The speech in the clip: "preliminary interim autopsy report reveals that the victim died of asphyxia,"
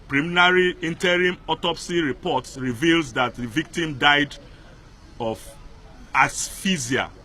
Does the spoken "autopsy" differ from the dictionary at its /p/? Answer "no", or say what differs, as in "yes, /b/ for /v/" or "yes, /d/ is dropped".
no